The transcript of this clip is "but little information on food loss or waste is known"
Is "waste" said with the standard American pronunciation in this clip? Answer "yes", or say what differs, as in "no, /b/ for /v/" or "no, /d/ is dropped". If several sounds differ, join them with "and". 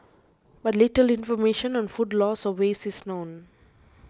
no, /t/ is dropped